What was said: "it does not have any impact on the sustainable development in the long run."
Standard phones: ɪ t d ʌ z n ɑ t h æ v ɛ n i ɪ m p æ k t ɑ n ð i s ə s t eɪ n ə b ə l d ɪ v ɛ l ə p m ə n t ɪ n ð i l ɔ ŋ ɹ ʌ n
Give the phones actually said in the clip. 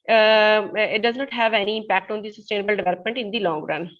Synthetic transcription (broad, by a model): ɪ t d ʌ z n ɑ t h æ v ɛ n i ɪ m p æ k t ɑ n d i s ə s t eɪ n ə b ə l d ɪ v ɛ l ə p m ə n t ɪ n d i l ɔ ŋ ɹ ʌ n